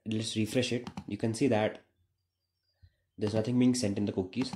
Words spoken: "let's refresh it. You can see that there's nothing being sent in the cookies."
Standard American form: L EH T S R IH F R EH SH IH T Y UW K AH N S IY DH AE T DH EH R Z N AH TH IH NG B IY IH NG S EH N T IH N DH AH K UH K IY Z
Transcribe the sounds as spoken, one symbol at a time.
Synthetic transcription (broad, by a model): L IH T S R IH F R EH SH IH T Y UW K AH N S IY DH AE T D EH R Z N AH T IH NG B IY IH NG S EH N T IH N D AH K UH K IY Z